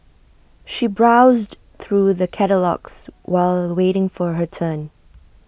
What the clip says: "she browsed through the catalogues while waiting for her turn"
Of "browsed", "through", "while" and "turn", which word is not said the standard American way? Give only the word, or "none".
none